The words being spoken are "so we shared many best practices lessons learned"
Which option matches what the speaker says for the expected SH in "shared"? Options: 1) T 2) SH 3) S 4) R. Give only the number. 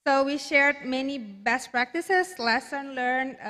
2